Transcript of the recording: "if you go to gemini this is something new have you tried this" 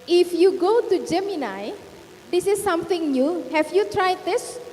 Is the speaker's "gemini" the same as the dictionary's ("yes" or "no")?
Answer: yes